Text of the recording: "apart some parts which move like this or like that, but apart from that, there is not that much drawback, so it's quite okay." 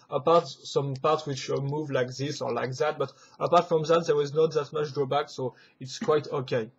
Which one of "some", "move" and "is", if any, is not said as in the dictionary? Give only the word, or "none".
none